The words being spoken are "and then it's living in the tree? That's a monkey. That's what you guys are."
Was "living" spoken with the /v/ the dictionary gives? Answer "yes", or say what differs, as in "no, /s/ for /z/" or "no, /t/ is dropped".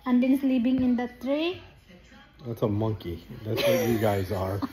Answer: no, /p/ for /v/